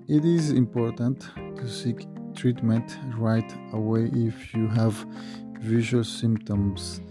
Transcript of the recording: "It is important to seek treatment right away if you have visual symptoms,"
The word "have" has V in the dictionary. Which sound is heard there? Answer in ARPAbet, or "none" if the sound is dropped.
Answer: V